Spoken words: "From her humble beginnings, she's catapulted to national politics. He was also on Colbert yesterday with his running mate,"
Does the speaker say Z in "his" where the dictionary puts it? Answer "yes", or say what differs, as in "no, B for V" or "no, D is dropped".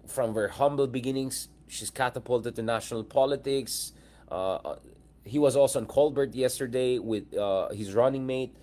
yes